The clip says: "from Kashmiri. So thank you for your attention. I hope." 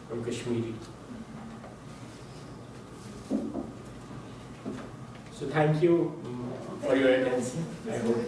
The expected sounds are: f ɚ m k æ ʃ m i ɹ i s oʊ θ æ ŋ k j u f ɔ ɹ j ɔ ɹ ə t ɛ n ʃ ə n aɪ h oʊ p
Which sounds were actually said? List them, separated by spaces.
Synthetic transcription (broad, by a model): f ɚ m k æ ʃ m i ɹ i s oʊ t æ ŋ k j u f ɔ ɹ j ɔ ɹ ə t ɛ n s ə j h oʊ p